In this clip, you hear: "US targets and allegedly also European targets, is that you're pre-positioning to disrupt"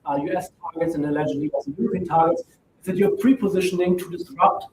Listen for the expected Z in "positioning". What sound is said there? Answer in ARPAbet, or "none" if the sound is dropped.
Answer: Z